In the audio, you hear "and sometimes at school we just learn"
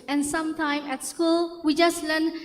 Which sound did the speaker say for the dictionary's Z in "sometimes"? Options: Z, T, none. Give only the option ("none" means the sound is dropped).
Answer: none